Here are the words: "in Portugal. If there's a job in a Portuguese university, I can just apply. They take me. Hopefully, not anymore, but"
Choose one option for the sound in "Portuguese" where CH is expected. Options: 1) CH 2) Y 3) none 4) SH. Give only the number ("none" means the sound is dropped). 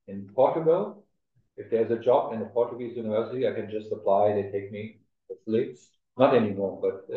1